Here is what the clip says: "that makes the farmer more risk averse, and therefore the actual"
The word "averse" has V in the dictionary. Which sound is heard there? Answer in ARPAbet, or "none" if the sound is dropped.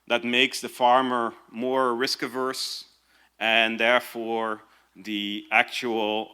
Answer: V